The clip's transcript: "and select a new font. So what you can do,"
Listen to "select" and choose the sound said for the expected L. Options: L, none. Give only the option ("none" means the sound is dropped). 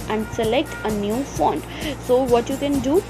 L